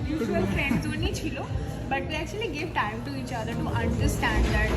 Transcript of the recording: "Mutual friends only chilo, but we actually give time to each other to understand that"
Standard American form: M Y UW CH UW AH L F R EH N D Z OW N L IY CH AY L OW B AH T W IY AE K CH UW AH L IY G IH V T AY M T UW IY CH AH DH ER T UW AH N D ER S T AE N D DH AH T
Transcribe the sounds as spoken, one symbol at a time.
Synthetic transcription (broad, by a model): Y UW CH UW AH L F R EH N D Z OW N IY CH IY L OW B AH T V IY AE K CH UW AH L IY G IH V T AY M T UW IY CH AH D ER T UW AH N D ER S T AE N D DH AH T